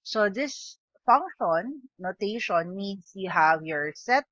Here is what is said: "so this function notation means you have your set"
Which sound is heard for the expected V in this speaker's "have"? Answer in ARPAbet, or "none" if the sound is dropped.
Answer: W